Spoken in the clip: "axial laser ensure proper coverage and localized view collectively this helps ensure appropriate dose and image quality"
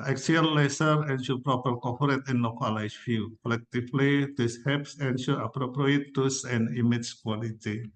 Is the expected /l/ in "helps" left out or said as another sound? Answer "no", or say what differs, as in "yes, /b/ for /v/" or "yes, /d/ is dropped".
yes, /l/ is dropped